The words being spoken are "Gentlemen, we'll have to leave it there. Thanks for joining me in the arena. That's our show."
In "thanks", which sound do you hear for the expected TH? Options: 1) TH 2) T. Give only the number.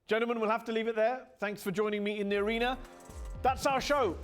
1